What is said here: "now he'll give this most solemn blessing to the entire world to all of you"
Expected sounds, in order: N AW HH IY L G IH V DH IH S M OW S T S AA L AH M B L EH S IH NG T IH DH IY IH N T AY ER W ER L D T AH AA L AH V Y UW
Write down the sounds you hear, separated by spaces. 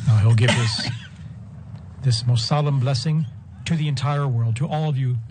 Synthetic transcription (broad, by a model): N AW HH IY L G IH V DH IH S M OW S T S AA L AH M B L EH S IH NG T IH DH IY IH N T AY ER W ER L D T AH AA L AH V Y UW